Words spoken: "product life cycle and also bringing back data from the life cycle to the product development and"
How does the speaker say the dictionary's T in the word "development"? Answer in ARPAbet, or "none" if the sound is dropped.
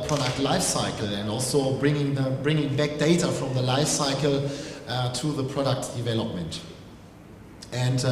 T